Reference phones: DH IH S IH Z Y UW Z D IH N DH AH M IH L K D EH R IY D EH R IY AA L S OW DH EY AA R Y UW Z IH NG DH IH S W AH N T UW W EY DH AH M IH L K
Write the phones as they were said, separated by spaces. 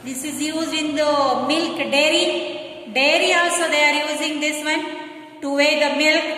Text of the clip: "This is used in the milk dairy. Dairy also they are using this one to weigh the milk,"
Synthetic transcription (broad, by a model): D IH S IH Z Y UW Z IH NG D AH M IH L K D EH R IY D EH R IY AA S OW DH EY AA R Y UW Z IH NG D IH S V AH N T UW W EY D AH M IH L K